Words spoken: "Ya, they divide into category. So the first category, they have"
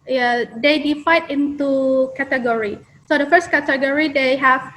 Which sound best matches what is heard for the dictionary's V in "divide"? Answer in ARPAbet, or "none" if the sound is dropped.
F